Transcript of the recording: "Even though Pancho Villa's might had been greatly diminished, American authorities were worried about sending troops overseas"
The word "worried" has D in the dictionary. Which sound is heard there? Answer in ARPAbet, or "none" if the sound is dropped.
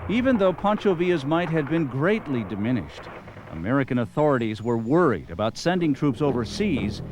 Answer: D